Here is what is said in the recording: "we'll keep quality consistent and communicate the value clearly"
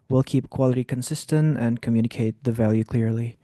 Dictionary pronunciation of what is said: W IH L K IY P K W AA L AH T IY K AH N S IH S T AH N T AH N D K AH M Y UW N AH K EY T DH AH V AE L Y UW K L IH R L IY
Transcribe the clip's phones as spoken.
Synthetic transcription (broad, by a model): W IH L K IY P K W AA L AH T IY K AH N S IH S T AH N T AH N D K AH M Y UW N AH K EY T DH AH V AE L Y UW K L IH R L IY